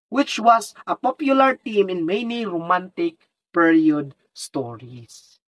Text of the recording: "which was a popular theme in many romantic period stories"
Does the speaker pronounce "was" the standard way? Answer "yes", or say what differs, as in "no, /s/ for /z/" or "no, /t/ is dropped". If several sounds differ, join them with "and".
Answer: no, /s/ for /z/